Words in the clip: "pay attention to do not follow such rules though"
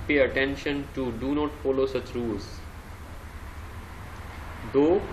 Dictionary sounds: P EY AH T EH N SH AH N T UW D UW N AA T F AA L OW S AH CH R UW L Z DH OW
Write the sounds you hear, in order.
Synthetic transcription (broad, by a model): P EY AH T EH N SH AH N T UW D UW N AA T F AA L OW S AH CH R UW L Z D OW